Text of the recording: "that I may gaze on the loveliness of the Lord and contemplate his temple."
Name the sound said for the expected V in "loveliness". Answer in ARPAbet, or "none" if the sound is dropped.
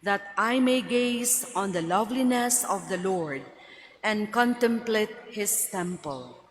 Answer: V